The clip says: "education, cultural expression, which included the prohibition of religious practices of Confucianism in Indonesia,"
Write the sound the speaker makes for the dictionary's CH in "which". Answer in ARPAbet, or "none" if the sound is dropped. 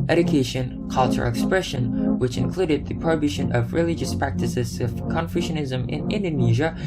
CH